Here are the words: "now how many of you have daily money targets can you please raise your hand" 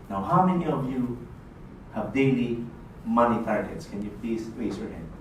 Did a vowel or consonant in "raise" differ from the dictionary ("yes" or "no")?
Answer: yes